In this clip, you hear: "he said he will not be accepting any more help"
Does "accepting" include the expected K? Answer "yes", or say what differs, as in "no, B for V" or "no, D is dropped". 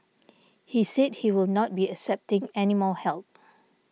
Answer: yes